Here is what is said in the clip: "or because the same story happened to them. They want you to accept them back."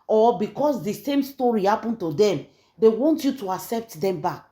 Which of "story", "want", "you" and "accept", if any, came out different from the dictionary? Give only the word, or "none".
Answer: none